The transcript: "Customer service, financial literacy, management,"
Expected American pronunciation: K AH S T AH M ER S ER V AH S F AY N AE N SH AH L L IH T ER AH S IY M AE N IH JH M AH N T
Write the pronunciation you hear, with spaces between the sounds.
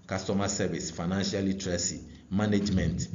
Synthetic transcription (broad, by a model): K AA S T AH M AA S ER B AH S F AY N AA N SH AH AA L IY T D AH S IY M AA N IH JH M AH N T